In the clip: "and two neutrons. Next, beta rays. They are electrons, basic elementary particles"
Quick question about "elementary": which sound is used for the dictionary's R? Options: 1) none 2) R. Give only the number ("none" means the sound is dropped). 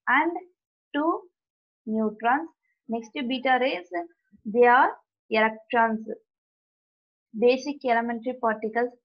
2